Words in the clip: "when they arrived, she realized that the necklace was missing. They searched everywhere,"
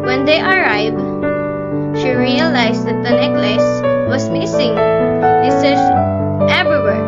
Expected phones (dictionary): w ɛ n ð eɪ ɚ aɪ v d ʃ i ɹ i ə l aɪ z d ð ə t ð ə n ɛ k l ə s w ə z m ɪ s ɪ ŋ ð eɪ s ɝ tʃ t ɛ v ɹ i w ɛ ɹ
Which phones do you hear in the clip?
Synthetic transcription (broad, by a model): w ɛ n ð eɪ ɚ aɪ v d ʃ i ɹ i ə l aɪ s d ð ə t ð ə n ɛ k l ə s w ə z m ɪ s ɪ ŋ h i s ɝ s t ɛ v ɹ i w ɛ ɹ